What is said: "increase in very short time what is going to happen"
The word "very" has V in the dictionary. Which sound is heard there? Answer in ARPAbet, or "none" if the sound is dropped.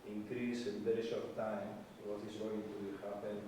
B